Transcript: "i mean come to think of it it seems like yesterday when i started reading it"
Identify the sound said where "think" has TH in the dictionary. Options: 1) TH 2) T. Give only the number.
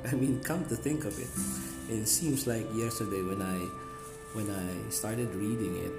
1